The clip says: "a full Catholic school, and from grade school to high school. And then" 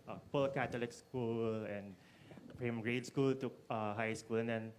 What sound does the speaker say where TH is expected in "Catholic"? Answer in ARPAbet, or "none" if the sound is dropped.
T